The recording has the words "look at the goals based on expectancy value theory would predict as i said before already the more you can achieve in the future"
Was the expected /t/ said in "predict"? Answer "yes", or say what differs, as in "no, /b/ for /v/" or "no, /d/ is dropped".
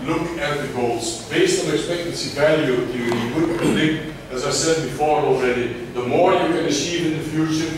no, /t/ is dropped